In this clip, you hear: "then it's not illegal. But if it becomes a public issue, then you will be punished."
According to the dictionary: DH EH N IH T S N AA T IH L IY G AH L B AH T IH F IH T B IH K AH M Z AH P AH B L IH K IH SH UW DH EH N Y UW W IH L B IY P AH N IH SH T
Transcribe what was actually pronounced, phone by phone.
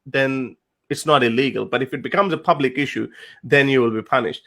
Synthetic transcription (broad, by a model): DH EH N IH T S N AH T IH L IY G AH L B AH T IH F IH T B IH K AH M Z AH P AH B L IH K IH SH UW DH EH N Y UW W IH L B IY P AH N IH SH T